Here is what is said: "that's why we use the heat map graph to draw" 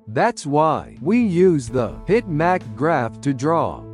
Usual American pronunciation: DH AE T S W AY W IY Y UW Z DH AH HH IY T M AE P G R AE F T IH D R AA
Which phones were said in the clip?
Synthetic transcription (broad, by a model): DH AE T S W AY W IY Y UW Z DH AH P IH T M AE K G R AE F T IH D R AA